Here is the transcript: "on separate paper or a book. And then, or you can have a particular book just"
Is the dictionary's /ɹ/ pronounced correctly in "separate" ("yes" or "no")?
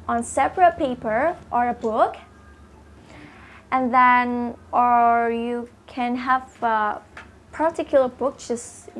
yes